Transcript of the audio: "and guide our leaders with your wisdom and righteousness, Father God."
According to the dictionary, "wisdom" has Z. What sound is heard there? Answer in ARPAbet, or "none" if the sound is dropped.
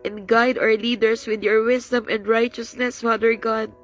S